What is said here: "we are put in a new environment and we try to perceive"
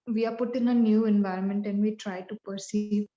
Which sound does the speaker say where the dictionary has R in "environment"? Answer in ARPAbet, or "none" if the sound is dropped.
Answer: R